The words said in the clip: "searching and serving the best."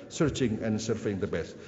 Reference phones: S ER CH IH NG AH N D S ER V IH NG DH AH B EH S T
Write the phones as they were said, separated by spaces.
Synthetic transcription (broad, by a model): S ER CH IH NG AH N S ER F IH NG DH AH B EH S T